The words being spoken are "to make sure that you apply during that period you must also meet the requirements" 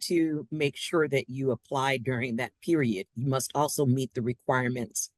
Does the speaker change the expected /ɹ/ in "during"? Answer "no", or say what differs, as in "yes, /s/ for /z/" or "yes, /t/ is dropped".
no